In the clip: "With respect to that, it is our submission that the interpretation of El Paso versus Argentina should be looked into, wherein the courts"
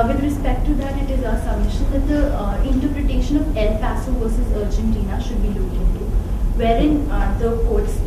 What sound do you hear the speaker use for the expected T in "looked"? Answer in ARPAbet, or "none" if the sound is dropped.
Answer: none